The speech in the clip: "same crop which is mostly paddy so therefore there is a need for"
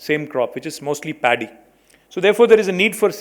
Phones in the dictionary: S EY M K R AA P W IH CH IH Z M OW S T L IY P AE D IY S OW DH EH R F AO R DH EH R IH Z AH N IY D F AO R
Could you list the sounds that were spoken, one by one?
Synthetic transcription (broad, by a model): S EY M K R AA P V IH CH IH Z M OW S T L IY P AE D IY S OW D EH R F AO R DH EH R IH Z AH N IY D F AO R